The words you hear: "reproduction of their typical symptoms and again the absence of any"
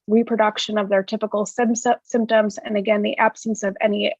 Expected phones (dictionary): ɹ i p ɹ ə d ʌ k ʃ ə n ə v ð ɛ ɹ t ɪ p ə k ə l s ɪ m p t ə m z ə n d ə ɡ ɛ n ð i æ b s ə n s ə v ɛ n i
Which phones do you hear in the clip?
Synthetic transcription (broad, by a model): ɹ i p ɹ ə d ʌ k ʃ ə n ə v ð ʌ ɹ t ɪ p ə k l s ɪ m p t ə m z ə n ə ɡ ɛ n ð i æ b s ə n s ə v ɛ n i